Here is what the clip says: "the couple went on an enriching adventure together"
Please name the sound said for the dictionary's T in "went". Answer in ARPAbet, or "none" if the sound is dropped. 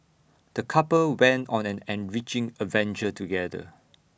T